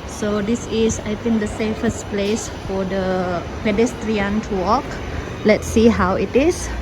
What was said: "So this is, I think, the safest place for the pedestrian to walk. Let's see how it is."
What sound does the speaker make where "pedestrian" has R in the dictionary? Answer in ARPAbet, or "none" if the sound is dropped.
R